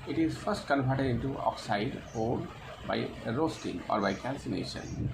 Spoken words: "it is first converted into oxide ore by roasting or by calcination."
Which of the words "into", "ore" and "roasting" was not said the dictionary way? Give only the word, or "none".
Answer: ore